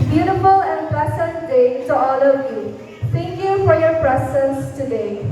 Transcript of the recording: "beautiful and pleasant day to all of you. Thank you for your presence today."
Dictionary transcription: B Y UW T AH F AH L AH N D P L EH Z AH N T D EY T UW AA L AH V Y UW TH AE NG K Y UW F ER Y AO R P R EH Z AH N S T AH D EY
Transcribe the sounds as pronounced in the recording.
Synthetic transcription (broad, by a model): B Y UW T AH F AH L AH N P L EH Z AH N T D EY T UW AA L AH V Y UW T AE NG K Y UW F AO Y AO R P R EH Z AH N S T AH D EY